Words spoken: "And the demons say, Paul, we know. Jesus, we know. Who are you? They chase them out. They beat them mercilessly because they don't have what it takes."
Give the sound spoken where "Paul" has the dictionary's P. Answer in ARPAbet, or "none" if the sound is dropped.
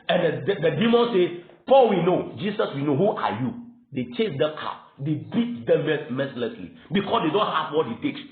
P